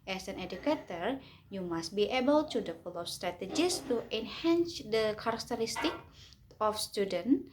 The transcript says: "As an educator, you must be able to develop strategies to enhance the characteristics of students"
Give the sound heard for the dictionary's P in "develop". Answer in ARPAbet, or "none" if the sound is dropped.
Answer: F